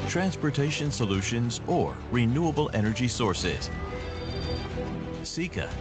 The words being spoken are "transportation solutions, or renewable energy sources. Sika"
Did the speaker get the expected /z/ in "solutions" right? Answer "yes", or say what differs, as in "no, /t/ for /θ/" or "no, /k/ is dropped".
yes